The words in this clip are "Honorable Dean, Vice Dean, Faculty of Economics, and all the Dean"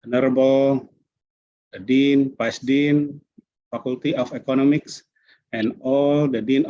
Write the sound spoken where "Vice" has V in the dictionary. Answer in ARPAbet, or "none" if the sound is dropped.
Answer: P